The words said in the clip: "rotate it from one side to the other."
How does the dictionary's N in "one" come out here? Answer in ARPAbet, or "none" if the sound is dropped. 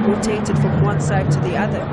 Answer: N